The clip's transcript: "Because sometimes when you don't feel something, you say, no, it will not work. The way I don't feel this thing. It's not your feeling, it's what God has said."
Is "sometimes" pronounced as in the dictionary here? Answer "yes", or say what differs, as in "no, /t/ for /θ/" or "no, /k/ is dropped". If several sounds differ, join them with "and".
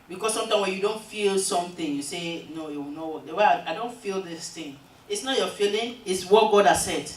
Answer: no, /z/ is dropped